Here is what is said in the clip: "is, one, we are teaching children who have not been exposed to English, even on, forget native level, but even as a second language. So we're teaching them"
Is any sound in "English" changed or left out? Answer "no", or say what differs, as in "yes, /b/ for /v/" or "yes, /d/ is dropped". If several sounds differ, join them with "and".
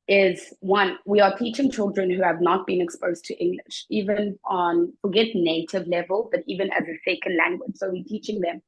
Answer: no